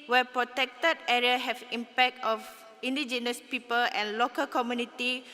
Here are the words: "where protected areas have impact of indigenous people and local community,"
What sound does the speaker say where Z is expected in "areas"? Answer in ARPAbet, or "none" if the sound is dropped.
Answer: none